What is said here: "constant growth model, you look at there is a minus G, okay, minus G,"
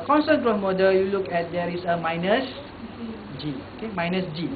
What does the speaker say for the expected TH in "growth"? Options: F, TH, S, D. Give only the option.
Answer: S